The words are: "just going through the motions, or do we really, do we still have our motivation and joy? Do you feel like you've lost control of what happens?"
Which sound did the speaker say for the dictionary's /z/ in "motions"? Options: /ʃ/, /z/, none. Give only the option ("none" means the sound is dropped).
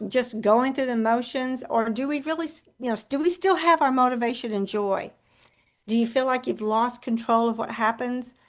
/z/